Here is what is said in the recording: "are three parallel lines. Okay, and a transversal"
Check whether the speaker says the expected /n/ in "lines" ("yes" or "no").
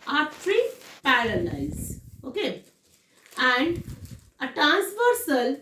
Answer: no